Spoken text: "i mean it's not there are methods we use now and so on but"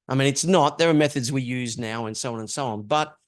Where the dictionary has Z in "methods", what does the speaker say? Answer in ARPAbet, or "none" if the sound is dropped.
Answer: Z